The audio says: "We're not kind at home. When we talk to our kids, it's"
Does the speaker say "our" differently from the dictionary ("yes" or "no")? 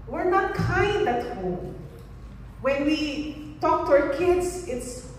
no